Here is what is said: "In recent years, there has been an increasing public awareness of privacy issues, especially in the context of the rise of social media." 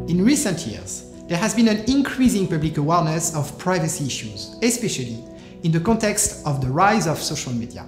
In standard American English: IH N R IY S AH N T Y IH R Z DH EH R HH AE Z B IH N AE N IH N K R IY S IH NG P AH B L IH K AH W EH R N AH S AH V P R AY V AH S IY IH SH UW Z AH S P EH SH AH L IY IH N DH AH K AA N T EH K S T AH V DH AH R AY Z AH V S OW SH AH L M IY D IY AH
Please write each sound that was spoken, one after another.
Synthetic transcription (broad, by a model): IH N R IY S AH N T Y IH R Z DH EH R HH AE Z B IH N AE N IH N K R IY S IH NG P AH B L IH K AH W EH R N AH S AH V P R AY V AH S IY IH SH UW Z AH S P EH SH AH L IY IH N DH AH K AA N T EH K S T AH V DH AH R AY Z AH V S OW SH AH L M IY D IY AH